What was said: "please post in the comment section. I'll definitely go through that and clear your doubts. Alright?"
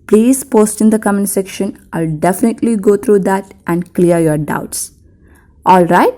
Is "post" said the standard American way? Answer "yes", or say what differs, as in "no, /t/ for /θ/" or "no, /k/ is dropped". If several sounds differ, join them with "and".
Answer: yes